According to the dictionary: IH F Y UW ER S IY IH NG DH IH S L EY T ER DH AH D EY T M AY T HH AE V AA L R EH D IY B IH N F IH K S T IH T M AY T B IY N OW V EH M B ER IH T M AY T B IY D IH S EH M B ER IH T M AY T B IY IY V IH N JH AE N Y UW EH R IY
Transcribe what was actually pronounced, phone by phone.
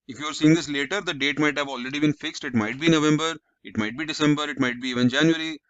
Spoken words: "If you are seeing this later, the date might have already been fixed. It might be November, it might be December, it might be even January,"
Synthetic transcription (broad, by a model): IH F Y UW ER S IY IH NG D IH S L EY T ER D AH D EY T M AY T HH AE V AA L R EH D IY B IH N F IH K S T IH T M AY T B IY N OW V EH M B ER IH T M AY T B IY D IH S EH M B ER IH T M AY T B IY IY V IH N JH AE N Y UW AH R IY